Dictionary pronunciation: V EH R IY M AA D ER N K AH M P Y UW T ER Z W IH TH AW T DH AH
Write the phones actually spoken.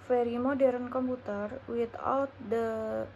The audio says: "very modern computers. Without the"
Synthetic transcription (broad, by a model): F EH R IY M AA D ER N K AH M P UW T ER W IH T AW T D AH